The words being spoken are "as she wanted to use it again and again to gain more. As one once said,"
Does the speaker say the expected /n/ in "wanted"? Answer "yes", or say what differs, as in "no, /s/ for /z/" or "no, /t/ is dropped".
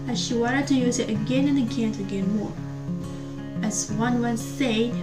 no, /n/ is dropped